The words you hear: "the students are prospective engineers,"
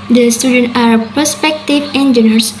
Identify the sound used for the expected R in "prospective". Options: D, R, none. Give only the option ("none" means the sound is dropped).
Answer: none